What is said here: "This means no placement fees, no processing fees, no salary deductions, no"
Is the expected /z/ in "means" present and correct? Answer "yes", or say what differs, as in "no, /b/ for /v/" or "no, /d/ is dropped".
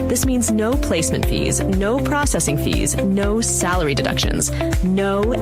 yes